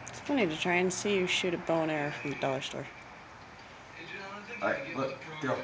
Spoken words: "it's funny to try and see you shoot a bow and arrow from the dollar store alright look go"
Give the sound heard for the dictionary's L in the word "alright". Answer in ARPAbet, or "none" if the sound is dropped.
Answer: none